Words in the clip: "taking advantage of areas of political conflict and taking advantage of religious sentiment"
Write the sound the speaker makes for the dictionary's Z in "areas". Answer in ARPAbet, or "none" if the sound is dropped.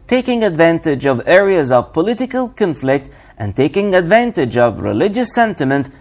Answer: Z